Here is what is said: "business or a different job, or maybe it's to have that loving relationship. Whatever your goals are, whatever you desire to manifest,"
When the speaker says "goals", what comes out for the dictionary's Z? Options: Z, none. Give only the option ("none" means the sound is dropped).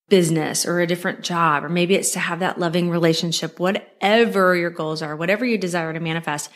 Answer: Z